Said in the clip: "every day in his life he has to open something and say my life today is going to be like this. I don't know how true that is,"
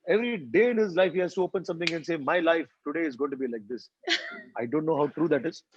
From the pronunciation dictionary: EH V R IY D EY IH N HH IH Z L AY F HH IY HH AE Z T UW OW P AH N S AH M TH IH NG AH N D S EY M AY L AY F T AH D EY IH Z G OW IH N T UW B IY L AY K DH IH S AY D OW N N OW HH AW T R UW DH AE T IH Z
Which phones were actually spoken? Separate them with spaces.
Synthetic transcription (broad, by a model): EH V R IY D EY IH N HH IH Z L AY F HH IY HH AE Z T UW OW P AH N S AH M T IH NG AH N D S EY M AY L AY F T AH D EY IH Z G OW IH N T UW B IY L AY K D IH S AY D OW N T OW HH AW T R UW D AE T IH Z